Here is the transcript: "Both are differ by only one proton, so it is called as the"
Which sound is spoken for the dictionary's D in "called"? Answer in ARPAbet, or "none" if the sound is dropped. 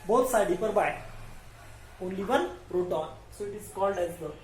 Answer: D